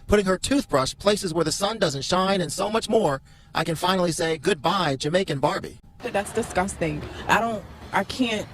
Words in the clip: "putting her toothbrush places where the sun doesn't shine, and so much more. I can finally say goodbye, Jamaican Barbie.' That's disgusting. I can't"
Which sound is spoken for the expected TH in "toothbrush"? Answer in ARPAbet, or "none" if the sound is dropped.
TH